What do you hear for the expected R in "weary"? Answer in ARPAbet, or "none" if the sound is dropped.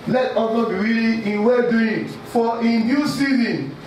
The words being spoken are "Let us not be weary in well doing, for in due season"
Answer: L